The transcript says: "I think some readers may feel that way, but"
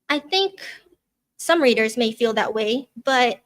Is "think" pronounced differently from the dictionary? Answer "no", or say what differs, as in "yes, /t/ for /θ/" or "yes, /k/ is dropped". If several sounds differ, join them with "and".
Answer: no